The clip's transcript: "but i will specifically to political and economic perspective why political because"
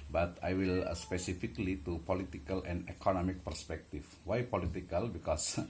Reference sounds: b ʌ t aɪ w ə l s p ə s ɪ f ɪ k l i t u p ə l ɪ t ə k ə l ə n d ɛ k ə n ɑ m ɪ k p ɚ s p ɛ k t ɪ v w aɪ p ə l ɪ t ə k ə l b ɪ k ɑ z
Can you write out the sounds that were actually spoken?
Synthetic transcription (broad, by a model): b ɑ t aɪ w ə l s p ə s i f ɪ k l i t u p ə l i t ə k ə l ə n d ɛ k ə n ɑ m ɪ k p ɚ s p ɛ k t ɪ f w aɪ p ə l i t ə k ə l b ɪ k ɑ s